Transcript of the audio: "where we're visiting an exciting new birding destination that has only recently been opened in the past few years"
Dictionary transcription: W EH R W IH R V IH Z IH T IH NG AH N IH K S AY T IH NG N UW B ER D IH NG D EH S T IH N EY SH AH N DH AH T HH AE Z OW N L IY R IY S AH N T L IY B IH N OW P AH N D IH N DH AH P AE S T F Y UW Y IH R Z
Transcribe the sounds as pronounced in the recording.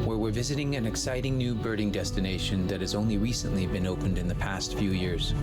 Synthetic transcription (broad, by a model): W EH R W IH R V IH Z IH T IH NG AH N IH K S AY T IH NG N UW B ER D IH NG D EH S T IH N EY SH AH N DH AH T HH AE Z OW N L IY R IY S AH N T L IY B IH N OW P AH N D IH N DH AH P AE S T F Y UW Y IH R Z